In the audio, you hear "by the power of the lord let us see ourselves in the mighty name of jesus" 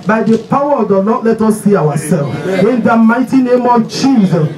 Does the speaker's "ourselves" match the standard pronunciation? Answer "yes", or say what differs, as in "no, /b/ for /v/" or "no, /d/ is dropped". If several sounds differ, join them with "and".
no, /w/ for /ɹ/